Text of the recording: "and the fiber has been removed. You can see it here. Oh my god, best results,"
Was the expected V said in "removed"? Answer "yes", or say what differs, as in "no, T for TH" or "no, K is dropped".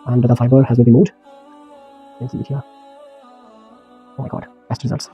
no, V is dropped